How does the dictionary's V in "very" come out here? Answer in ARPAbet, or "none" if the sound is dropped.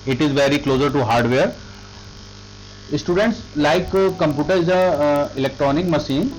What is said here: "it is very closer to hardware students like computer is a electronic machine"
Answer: V